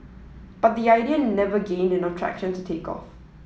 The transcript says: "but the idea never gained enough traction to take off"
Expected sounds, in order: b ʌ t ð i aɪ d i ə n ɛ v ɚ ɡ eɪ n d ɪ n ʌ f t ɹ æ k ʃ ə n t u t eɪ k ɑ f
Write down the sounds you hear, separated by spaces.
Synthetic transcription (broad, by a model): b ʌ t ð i aɪ d i ə n ɛ v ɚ ɡ eɪ n d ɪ n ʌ t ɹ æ k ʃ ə n t u t eɪ k ɑ f